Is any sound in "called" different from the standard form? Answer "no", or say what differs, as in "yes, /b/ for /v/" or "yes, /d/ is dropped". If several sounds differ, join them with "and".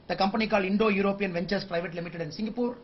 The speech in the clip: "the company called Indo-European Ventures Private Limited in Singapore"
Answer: yes, /d/ is dropped